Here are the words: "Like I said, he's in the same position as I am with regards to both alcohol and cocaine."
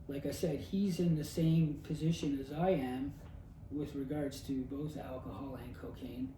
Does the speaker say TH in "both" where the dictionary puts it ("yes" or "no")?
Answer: yes